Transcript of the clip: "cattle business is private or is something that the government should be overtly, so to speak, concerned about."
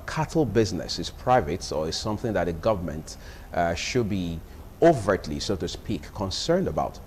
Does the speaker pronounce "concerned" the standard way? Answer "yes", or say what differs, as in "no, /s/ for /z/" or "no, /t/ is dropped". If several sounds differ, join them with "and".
yes